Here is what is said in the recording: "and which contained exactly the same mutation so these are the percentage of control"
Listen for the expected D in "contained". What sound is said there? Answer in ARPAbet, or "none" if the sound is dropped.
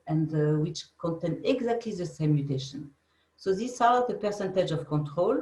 none